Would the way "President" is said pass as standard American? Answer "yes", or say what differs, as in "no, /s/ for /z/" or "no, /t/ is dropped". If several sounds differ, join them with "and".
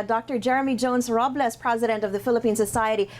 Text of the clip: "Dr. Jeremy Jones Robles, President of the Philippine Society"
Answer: yes